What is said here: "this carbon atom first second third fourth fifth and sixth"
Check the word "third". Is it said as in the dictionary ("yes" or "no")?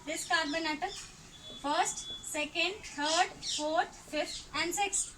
no